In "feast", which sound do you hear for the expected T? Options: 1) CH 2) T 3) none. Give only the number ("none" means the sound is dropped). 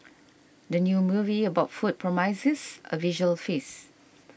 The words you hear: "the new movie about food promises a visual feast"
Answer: 3